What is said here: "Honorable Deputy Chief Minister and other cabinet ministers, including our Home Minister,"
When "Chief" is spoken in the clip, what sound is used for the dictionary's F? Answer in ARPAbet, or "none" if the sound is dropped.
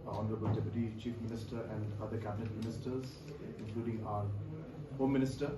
F